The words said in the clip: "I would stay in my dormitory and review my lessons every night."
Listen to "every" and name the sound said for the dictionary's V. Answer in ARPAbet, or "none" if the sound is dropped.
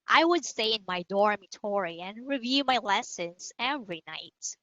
V